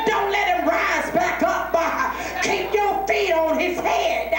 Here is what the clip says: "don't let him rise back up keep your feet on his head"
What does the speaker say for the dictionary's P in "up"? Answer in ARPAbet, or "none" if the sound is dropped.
B